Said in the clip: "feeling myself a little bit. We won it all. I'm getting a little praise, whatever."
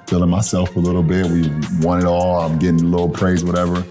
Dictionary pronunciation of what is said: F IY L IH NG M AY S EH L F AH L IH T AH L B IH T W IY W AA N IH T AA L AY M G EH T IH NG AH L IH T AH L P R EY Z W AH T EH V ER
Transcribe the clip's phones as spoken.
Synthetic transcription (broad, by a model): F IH L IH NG M AY S EH L F AH L IH T L B IH T W IY W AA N IH T AA L AY M G EH T IH NG L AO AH P R EY Z W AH T EH V ER